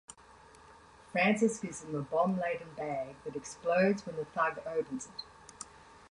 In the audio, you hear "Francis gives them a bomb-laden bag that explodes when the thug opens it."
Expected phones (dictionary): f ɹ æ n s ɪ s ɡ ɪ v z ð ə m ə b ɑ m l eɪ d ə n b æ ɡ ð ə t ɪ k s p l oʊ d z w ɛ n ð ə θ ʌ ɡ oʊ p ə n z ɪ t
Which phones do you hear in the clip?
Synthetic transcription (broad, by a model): f ɹ æ n s ɪ s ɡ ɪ z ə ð ə b ɑ m l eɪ d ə n b æ ɡ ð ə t ɪ k s p l oʊ d z w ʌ n ð ə θ ʌ ɡ oʊ p ə n z ɪ t